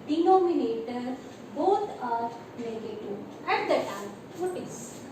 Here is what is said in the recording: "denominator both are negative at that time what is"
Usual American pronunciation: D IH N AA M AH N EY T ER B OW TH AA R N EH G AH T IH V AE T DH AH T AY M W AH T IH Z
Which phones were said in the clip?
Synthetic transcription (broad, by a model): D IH N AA M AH N EY T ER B OW T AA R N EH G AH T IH AE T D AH T AY M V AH T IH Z